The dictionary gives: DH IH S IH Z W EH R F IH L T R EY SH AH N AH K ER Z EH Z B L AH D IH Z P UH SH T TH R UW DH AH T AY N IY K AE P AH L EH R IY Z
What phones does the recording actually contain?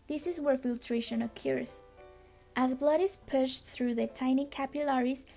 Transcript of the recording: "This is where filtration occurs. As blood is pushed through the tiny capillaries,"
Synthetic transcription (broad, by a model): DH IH S IH Z W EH R F IH L T R EY SH AH N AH K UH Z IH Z B L AH D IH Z P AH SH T TH R UW DH AH T AY N IY K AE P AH L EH R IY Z